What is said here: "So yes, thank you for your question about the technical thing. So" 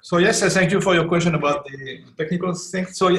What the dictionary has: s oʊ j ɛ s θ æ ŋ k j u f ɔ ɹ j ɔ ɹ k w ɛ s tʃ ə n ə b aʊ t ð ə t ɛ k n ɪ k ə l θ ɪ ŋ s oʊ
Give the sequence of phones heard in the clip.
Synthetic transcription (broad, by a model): s oʊ j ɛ s θ æ ŋ k j u f ɔ ɹ j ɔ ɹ k w ɛ s tʃ ə n ə b aʊ t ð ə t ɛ k n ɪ k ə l t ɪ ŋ s oʊ